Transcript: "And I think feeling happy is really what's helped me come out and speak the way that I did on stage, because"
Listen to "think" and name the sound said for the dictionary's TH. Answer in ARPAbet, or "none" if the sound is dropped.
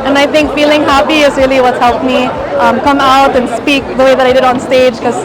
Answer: TH